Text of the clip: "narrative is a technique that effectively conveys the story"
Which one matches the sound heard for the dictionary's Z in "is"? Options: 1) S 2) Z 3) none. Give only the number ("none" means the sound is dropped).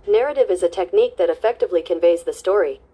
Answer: 2